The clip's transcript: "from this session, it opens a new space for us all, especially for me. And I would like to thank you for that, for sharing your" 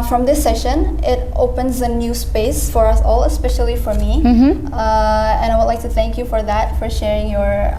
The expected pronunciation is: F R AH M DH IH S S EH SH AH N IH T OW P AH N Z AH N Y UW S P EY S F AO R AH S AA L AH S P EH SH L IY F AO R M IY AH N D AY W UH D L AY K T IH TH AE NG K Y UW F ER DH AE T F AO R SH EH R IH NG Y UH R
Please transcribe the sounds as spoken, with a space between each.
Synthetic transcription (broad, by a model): F R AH M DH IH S S EH SH AH N IH T OW P AH N Z AH N Y UW S P EY S F AO R AH S AA L AH S P EH SH L IY F AO R M IY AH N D AY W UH D L AY K T IH TH AE NG K Y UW F ER DH AE T F AO R SH EH R IH NG Y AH R